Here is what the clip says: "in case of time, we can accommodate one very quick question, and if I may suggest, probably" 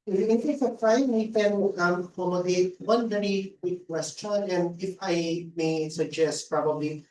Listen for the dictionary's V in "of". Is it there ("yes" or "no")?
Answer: no